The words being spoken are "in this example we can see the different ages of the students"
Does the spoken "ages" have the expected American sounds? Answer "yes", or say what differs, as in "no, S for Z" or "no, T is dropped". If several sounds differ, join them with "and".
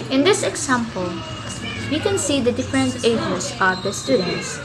no, S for Z